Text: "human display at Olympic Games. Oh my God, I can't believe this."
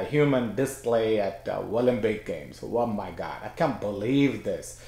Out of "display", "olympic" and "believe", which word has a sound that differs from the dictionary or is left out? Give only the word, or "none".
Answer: olympic